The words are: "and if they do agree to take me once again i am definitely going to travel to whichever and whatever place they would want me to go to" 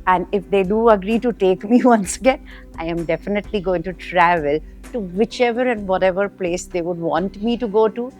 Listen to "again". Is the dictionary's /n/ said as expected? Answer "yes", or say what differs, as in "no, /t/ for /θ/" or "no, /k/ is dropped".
yes